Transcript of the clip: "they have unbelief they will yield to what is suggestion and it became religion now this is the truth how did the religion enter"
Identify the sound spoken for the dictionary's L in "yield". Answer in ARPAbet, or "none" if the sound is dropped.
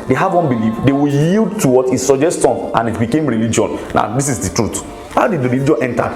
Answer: L